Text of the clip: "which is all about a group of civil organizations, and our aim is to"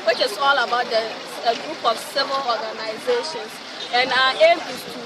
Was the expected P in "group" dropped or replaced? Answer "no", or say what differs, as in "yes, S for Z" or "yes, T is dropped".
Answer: no